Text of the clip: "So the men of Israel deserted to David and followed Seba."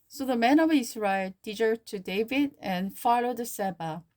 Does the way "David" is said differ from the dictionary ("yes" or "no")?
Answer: no